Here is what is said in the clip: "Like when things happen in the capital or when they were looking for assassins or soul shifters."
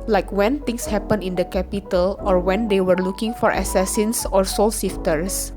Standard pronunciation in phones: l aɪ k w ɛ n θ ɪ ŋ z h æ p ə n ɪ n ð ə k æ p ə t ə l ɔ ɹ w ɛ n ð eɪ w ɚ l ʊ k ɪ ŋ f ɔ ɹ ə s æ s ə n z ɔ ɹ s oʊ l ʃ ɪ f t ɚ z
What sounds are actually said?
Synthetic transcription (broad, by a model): l aɪ k w ɛ n t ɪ ŋ s h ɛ p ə n ɪ n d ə k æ p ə t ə l ɔ ɹ w ɛ n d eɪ w ɚ l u k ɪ ŋ f ɔ ɹ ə s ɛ s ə n s ɔ ɹ s oʊ l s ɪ f t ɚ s